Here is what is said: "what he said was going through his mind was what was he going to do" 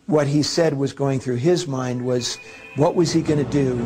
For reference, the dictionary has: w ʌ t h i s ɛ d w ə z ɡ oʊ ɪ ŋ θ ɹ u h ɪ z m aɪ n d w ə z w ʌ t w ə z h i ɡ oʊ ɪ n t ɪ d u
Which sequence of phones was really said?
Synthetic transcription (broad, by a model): w ʌ t h i s ɛ d w ə z ɡ oʊ ɪ ŋ θ ɹ u ɪ z m aɪ n d w ə z w ʌ t w ə z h i ɡ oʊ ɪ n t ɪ d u